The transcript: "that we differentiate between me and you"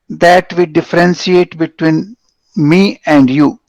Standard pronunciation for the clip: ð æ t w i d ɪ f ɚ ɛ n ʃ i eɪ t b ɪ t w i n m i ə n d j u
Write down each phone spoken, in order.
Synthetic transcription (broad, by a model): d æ t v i d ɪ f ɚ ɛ n s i eɪ t b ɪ t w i n m i ə n d j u